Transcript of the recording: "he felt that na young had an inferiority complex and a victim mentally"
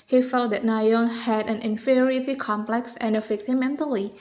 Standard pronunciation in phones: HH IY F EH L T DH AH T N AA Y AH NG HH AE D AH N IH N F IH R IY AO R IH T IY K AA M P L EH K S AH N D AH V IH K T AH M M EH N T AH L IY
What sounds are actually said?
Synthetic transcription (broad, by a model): HH IY F EH L T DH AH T N AA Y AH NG HH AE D AH N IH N F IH R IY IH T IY K AA M P L EH K S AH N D AH F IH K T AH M M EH N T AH L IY